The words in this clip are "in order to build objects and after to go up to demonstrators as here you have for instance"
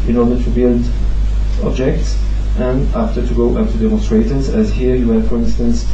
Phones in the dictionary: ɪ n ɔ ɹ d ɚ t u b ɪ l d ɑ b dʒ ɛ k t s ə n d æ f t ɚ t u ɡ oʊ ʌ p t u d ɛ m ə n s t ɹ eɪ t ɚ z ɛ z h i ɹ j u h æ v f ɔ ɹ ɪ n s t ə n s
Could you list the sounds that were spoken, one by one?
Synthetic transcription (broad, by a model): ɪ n ɔ ɹ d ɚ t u b ɪ l d ɑ b dʒ ɛ k t s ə n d æ f t ɚ t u ɡ oʊ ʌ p t u d ɛ m ə n s t ɹ eɪ t ɚ z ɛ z h i ɹ j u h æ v f ɔ ɹ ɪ n s t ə n s